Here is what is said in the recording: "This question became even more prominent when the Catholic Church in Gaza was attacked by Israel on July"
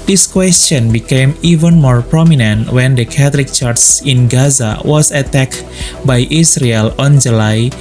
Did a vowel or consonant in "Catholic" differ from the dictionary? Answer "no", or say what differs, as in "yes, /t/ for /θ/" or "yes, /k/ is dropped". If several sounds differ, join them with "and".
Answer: yes, /t/ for /θ/